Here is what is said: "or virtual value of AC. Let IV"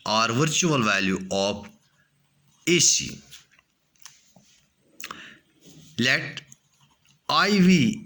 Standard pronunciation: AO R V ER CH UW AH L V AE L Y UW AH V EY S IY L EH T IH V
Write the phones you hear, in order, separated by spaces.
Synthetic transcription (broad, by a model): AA R V ER CH UW AH L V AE L Y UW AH P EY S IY L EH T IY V